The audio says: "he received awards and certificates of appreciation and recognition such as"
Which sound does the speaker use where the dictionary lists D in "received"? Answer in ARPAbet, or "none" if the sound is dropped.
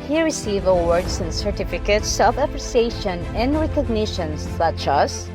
none